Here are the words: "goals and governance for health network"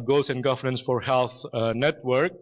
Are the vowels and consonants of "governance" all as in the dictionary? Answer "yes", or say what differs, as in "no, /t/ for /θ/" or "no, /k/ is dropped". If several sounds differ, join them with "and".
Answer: yes